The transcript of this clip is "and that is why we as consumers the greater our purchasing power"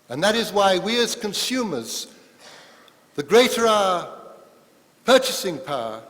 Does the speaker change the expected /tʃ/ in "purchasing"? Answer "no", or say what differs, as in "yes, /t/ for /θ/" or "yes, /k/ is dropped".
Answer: no